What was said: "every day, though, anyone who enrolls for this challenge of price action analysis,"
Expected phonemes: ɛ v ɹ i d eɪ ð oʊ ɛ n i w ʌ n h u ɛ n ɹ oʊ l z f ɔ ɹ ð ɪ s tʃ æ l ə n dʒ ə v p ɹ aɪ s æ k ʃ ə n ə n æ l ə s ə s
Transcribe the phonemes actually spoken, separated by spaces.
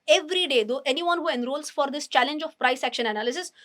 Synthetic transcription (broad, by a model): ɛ v ɹ i d eɪ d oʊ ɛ n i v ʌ n h u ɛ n ɹ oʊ l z f ɔ ɹ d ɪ s tʃ æ l ə n dʒ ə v p ɹ aɪ s æ k ʃ ə n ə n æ l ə s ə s